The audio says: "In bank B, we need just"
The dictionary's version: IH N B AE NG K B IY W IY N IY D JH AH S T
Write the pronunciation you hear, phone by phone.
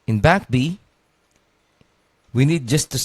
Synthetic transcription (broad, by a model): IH N B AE K B IY W IY N IY D JH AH S T